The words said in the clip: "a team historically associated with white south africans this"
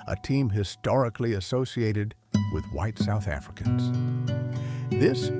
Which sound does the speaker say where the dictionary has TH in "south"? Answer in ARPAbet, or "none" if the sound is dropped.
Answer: TH